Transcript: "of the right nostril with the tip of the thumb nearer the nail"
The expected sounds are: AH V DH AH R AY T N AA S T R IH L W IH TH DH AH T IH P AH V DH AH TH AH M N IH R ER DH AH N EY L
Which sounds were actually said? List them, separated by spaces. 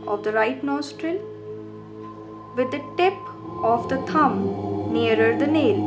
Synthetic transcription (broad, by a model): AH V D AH R AY T N AA S T R IH L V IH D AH T IH P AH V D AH T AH M N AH R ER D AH N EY L